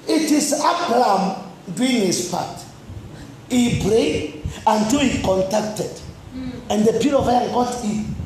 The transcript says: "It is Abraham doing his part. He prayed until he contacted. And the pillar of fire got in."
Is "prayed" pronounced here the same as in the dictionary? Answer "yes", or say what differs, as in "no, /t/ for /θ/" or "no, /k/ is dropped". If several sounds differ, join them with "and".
no, /b/ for /p/